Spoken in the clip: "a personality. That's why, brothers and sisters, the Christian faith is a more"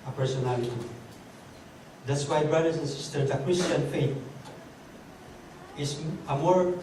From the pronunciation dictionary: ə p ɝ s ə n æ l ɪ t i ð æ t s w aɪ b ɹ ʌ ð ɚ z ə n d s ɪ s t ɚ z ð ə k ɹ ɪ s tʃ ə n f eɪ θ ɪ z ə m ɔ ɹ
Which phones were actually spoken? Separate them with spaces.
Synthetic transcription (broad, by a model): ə p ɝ s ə n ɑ l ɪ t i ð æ t s w aɪ b ɹ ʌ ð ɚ s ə n s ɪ s t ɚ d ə k ɹ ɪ s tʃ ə n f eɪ t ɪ s ə m ɔ ɹ